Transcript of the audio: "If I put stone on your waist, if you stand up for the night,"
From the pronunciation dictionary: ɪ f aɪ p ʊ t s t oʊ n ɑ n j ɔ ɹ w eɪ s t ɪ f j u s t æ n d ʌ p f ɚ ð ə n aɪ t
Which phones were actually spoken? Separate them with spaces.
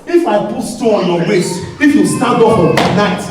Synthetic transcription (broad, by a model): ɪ f aɪ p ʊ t s t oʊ ɑ n j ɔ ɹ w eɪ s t ɪ f j u s t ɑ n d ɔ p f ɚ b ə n aɪ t